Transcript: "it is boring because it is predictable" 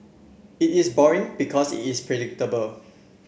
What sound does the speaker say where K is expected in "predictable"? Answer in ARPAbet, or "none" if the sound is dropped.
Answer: K